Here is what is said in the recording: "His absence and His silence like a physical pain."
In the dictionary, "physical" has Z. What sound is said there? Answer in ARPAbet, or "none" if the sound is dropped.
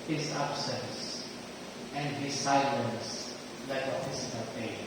S